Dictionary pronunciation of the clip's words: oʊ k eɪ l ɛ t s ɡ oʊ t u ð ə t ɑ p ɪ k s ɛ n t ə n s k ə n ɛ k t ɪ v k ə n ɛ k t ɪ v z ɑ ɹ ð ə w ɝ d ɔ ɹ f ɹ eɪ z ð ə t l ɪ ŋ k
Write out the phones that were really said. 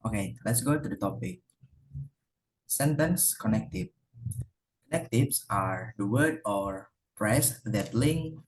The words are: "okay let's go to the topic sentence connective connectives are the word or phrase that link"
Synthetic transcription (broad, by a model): oʊ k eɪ l ɛ t s ɡ oʊ t u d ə t ɑ p ɪ k s ɛ n t ə n s k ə n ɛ k t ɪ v k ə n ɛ k t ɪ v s ɑ ɹ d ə w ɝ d ɔ ɹ p ɹ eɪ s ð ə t l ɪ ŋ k